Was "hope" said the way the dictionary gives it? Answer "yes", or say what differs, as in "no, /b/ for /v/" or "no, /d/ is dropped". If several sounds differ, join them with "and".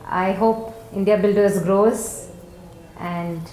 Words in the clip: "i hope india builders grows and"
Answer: yes